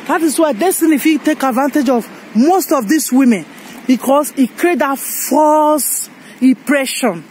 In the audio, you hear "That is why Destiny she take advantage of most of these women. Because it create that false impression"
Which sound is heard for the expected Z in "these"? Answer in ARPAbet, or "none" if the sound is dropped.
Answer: S